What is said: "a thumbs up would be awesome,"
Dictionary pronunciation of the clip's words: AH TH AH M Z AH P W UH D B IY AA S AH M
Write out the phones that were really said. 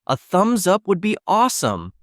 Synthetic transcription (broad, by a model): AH TH AH M Z AH P W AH D B IY AA S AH M